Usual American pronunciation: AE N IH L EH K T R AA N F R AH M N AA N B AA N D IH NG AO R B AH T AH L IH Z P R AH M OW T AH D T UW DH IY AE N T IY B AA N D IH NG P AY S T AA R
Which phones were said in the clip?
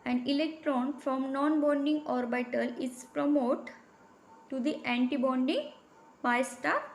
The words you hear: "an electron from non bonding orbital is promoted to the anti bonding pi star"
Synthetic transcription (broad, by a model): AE N IH L EH K T R AA N F R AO M N AA N B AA N D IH NG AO R B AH T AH L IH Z P R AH M OW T T UW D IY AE N T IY B AA N D IH NG B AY S T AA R